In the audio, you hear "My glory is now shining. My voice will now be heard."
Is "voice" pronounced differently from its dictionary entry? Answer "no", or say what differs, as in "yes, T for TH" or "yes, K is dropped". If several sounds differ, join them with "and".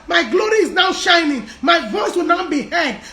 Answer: no